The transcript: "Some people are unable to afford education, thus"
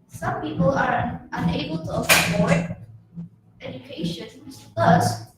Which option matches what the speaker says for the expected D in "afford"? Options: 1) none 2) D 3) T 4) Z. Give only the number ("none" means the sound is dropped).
1